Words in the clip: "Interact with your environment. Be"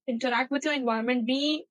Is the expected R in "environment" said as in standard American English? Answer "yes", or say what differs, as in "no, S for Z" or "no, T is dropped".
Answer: no, R is dropped